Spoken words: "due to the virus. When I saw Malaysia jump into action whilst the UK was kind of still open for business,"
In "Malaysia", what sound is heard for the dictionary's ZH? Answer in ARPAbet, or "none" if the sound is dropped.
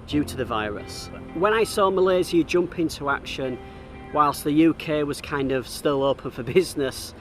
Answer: Z